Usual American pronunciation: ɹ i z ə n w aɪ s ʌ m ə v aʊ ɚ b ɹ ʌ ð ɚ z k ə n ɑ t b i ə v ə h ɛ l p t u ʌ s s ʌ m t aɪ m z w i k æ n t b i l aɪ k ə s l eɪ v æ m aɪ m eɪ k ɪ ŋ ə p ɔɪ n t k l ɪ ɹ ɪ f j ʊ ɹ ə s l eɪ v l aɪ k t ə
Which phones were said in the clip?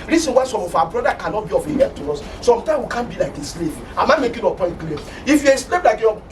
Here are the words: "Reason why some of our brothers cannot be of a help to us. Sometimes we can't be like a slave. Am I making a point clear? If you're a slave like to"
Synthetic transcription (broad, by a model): ɹ i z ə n w aɪ s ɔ m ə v aʊ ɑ b ɹ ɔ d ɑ k ə n ɑ t b i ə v ə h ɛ t u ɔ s s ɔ m t aɪ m w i k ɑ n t b i l aɪ k ə s l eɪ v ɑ m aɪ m eɪ k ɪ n ə p ɔɪ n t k l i ɪ f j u ə s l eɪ p l aɪ k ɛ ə